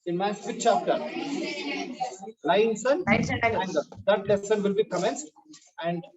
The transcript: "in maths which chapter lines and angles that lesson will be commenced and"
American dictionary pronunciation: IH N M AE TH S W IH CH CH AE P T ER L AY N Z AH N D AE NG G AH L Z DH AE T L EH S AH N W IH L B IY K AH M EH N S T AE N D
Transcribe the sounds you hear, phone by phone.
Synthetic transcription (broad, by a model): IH N M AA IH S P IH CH CH AE P T ER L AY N S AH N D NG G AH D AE T L EH S AH N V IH L B IY K AH M EH N S T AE N D